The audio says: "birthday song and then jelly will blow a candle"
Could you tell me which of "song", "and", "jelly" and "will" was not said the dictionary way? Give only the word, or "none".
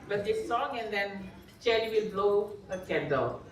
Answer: jelly